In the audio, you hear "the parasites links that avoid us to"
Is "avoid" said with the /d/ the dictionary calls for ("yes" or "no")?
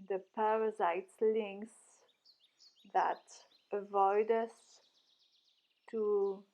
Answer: yes